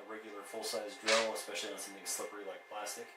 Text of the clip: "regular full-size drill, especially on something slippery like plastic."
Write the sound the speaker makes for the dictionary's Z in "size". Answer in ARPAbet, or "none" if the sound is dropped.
Z